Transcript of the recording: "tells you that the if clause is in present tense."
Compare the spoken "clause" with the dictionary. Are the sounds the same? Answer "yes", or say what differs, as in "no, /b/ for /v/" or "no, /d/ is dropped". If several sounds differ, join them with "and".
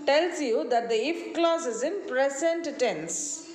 no, /s/ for /z/